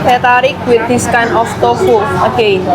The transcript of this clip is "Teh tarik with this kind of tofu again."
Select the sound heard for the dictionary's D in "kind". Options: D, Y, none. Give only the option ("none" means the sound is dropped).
none